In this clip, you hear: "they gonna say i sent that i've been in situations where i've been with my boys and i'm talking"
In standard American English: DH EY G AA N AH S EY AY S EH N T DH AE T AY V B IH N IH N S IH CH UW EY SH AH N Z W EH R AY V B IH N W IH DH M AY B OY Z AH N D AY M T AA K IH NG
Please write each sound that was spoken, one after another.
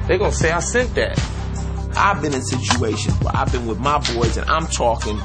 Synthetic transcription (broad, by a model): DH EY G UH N S EY AY S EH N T DH AE T AY V B IH N IH N S IH CH UW EY SH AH N W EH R AY V B IH N W IH DH M AY B OY Z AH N AY M T AA K IH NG